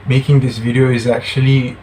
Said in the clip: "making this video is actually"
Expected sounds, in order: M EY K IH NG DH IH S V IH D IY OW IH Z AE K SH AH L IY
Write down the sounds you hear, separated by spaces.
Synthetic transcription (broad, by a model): M EY K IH NG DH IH S V IH D IY OW IH Z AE K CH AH L IY